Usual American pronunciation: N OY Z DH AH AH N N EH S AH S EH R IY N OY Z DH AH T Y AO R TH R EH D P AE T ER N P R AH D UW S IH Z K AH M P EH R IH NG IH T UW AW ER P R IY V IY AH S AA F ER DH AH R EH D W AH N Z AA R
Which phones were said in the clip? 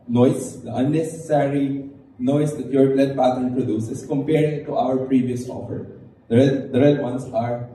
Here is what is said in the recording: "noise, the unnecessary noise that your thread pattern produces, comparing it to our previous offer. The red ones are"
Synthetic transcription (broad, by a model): N OY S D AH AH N N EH S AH S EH R IY N OY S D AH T Y AO R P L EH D P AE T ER N P R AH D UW S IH S K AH M P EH R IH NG T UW AW ER P R IY V IY AH S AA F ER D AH R EH D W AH N S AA R